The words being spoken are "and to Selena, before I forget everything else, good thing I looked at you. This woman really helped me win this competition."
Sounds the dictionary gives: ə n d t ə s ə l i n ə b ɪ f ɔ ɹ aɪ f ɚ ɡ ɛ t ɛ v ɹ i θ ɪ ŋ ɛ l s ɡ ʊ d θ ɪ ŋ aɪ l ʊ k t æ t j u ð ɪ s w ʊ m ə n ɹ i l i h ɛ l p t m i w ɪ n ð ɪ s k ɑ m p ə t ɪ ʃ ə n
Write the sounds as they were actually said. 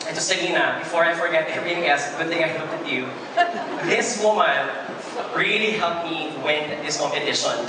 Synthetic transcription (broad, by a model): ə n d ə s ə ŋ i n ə b ɪ f ɔ ɹ aɪ f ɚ ɡ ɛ t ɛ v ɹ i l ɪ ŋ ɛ s ɡ ʊ d θ ɪ ŋ aɪ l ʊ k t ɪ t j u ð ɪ s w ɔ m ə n ɹ i l i h ɛ l p m i w ɪ n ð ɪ s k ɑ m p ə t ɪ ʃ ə n